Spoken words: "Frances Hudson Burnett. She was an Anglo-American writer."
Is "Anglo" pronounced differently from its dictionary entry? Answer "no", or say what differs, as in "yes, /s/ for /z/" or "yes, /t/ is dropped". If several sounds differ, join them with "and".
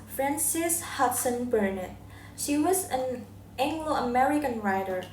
no